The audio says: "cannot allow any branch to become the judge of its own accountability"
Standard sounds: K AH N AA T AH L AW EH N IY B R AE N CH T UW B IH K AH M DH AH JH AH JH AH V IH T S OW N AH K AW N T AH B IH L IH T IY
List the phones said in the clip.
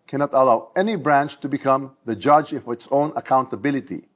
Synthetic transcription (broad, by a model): K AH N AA T AH L AW EH N IY B R AE N CH T UW B IH K AH M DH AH JH AH JH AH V IH T S OW N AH K AW N T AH B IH L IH T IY